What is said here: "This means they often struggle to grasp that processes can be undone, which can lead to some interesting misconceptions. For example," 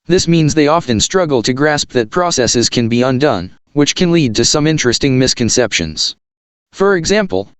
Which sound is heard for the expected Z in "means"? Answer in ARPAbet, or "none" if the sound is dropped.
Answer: Z